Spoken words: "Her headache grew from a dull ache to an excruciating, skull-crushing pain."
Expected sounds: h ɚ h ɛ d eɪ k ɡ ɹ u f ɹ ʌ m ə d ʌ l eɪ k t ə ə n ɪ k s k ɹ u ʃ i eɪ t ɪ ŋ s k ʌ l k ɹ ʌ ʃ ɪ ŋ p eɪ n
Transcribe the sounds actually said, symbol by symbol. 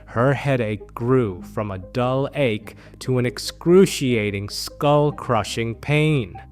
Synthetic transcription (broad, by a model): h ɚ h ɛ d eɪ k ɡ ɹ u f ɹ ʌ m ə d ʌ l eɪ k t ə ə n ɪ k s k ɹ u ʃ i eɪ t ɪ ŋ s k ʌ l k ɹ ʌ ʃ ɪ ŋ p eɪ n